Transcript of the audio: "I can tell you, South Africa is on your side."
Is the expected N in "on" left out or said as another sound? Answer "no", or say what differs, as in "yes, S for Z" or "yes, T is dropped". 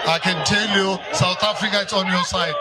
no